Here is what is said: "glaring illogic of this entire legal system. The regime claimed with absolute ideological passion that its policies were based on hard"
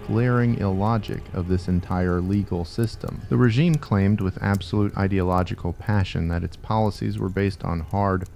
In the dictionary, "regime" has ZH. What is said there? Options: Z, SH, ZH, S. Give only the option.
ZH